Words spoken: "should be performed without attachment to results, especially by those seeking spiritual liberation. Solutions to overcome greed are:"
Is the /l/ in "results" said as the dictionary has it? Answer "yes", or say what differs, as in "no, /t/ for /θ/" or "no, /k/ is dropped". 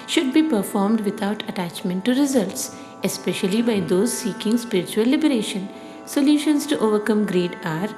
yes